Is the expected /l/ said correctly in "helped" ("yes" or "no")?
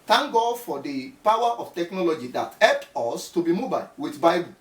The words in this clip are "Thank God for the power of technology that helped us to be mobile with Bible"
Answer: no